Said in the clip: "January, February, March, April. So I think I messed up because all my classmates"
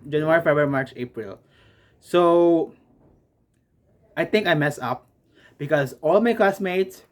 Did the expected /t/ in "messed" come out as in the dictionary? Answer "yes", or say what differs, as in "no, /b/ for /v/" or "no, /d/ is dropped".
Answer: no, /t/ is dropped